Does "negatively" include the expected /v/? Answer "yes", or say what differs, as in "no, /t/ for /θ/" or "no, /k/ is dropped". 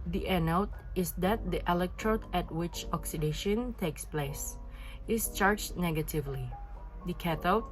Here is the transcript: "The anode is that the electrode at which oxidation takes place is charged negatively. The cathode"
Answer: yes